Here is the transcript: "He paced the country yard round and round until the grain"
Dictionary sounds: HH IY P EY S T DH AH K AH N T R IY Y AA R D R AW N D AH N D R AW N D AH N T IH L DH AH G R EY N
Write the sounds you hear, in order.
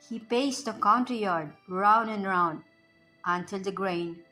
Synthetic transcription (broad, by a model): HH IY P EY S T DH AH K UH N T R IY Y AA R D R AW N D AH N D R AW N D AH N T IH L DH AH G R EY N